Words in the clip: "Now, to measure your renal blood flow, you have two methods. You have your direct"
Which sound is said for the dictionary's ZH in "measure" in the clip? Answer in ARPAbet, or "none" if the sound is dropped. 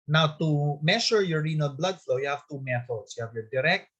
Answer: SH